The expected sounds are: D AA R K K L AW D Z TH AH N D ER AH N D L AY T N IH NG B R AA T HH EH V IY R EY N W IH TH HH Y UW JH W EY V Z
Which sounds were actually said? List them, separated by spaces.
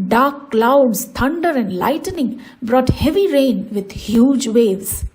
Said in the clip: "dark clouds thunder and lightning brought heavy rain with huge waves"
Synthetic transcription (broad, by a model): D AA R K K L AW D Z T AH N D ER AH N D L AY T N IH NG B R AA T HH EH V IY R EY N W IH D HH Y UW JH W EY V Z